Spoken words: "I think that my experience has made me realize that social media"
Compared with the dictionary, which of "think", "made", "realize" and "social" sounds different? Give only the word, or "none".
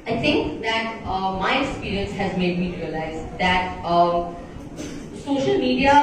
think